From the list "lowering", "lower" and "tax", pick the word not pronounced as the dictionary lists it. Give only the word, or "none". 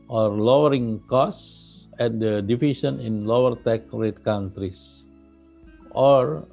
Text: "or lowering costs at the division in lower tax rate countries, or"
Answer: tax